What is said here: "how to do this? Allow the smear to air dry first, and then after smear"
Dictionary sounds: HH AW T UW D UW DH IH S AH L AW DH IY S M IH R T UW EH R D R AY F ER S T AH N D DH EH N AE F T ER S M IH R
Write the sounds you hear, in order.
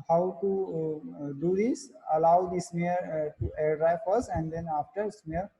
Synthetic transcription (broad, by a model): HH AW T UW D UW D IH S AH L AW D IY S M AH R T UW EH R D R AY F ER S AH N D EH N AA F T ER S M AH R